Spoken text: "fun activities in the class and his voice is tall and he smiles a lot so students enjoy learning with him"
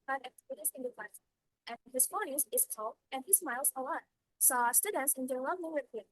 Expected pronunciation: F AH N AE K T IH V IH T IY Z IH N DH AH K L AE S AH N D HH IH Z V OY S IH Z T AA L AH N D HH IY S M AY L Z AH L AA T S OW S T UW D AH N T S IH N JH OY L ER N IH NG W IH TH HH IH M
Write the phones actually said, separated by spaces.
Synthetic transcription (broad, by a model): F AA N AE K T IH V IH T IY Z IH N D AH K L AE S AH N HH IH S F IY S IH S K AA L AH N HH IY S M AY L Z AH L AA T S OW S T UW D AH N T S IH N JH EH N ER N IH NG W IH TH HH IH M